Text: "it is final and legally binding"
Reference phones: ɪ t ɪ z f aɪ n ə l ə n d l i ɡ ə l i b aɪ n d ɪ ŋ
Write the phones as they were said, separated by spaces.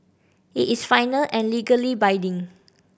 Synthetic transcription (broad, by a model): ɪ t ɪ s f aɪ n ə l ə n l i ɡ ə l i b aɪ d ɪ ŋ